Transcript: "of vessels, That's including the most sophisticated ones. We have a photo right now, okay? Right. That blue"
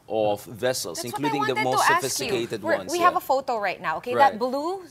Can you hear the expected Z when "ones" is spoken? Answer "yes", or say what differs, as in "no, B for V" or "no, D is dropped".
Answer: no, Z is dropped